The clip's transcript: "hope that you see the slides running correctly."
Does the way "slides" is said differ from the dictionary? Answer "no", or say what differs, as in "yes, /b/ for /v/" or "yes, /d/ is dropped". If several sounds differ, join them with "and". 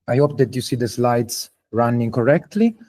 yes, /s/ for /z/